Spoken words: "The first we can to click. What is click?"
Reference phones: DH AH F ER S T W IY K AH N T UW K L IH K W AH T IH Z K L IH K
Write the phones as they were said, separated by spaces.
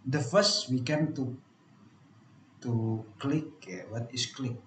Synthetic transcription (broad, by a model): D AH F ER S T W IY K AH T T UW K L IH K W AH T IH S K L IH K